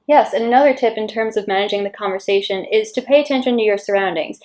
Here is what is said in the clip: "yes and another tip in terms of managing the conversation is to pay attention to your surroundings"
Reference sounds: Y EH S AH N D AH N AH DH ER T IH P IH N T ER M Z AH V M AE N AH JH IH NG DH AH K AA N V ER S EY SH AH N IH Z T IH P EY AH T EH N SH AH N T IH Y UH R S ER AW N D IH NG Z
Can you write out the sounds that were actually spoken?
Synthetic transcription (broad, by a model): Y EH S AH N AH N AH DH ER T IH P IH N T ER M Z AH V M AE N AH JH IH NG DH AH K AA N V ER S EY SH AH N IH Z T IH P EY AH T EH N SH AH N T IH Y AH R S ER AW N D IH NG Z